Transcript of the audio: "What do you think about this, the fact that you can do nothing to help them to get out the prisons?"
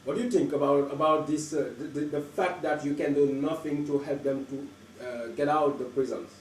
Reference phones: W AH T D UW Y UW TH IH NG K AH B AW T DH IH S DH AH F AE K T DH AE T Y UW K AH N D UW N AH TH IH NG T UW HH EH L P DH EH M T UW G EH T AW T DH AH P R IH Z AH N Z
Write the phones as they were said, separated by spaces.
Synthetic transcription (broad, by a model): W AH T D UW Y UW T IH NG K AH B AW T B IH S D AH F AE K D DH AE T Y UW K AH N D UW N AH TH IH NG T UW HH EH L P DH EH M T UW G EH T AW T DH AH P R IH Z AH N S